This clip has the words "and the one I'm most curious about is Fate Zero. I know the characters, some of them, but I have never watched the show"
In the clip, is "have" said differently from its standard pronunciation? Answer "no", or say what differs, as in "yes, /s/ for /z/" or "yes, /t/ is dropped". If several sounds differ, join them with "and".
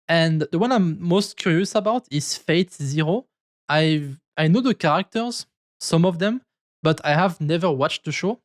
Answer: no